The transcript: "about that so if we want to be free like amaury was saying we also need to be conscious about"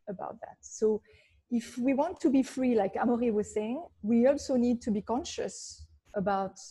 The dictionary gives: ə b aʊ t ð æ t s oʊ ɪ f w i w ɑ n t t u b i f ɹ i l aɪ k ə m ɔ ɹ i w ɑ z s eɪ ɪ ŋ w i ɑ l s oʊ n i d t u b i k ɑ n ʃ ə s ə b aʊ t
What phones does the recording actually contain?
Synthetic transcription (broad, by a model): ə b aʊ t ð æ t s oʊ ɪ f w i w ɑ n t t u b i f ɹ i l aɪ k ə m ɔ ɹ i w ɑ z s eɪ ɪ ŋ w i ɑ l s oʊ n i d t u b i k ɑ n ʃ ə s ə b aʊ t